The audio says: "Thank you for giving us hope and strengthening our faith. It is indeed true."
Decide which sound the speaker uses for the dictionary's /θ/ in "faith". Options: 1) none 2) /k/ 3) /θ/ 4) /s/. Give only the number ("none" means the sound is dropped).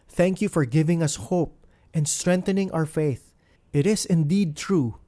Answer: 3